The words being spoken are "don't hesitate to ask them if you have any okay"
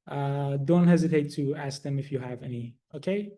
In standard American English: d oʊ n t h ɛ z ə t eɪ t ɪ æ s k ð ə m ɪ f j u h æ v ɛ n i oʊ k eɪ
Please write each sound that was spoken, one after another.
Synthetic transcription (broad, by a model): d oʊ n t h ɛ z ə t eɪ t ɪ æ s k ð ə m ɪ f j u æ v ɛ n i oʊ k eɪ